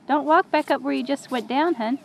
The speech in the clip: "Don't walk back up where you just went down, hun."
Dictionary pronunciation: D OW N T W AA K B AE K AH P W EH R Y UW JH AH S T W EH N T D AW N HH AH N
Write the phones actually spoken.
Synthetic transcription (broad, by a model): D OW N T W AA K B AE K AH P W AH R Y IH JH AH S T W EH T D AW N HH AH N